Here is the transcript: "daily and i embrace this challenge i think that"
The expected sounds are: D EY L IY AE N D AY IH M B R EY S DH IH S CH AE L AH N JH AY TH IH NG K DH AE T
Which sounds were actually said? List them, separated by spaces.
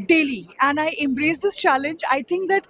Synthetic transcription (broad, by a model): D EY L IY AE N D AY IH M B R EY S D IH S CH AE L AH N JH AY T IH NG K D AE T